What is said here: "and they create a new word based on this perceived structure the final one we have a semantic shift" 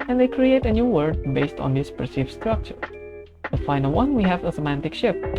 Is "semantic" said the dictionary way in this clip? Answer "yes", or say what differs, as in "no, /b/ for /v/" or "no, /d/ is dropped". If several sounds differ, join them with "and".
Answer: yes